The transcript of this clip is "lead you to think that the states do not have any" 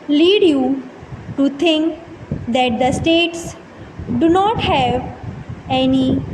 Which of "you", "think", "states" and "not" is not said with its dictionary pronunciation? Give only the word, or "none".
think